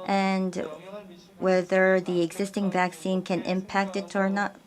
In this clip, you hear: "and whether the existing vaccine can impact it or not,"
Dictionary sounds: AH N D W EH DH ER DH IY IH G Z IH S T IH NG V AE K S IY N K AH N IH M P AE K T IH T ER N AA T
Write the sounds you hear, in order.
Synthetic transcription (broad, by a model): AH N D W EH DH ER DH IY IH G Z IH S T IH NG V AE K S IY N K AH N IH M P AE K T IH T ER N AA T